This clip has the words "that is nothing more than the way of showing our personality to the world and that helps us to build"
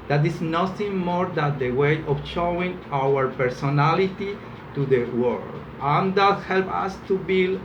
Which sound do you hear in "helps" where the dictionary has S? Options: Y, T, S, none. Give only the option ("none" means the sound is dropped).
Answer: none